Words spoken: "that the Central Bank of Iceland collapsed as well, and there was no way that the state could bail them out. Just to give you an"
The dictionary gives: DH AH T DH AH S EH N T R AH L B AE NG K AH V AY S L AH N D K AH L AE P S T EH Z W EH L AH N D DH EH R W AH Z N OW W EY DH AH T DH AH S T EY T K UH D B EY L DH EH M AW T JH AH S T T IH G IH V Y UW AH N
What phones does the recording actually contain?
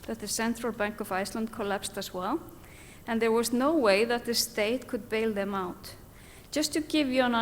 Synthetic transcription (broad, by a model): DH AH T DH AH S EH N T R AH L B AE NG K AH V AY S L AH N D K AH L AE P S T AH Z W EH L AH N DH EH R W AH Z N OW W EY DH AH T DH AH S T EY T K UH D B EY L DH EH M AW T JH AH S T T IH G IH V Y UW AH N